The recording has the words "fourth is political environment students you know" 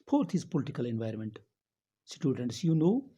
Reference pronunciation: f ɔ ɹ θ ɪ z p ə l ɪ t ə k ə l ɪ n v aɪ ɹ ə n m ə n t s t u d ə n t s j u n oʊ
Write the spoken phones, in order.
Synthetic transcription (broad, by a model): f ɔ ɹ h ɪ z p ə l ɪ t ə k ə l ɪ n v aɪ ɹ ə n m ə n t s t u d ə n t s j u n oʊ